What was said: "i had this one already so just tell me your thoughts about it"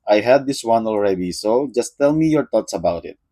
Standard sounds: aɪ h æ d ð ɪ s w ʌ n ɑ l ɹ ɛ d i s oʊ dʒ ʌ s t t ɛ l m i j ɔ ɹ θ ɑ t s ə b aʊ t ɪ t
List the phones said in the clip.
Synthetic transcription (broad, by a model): aɪ h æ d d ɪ s w ʌ n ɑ l ɹ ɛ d i s oʊ dʒ ʌ s t t ɛ l m i j ɔ ɹ t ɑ t s ə b aʊ t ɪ t